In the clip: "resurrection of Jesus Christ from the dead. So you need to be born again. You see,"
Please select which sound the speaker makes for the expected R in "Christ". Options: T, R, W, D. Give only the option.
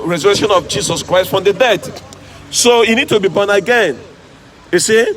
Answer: R